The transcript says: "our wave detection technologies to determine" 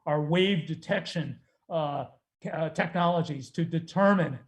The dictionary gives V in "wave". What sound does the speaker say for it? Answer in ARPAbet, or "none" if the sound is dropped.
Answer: V